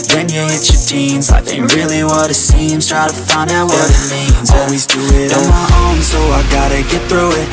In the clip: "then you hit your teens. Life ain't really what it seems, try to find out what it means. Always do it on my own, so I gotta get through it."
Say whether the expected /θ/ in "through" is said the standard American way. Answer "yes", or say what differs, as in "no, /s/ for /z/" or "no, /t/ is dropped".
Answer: yes